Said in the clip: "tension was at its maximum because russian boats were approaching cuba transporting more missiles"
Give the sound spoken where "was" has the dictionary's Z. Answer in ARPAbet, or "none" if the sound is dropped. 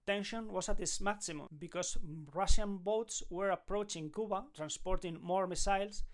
S